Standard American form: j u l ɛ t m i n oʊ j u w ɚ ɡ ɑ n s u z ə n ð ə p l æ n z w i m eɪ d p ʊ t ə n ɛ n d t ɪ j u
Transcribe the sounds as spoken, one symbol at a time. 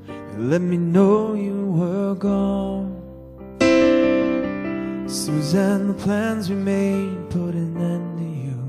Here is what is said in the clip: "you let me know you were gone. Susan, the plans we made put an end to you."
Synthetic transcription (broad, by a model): l ɛ t m i n oʊ j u w ɚ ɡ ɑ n s u z ə n ð ə p l æ n z w i m eɪ d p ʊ t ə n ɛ n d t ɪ j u